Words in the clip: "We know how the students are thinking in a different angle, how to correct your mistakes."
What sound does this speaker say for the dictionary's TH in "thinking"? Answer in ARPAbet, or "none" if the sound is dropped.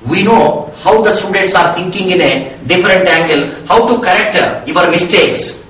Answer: T